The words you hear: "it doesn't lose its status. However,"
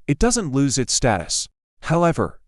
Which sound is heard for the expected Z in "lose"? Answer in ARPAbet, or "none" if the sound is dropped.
Z